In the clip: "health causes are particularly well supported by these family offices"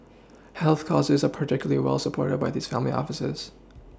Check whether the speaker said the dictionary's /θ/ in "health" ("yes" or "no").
yes